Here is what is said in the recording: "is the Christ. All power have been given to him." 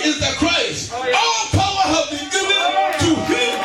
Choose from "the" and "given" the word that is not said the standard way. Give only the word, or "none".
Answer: given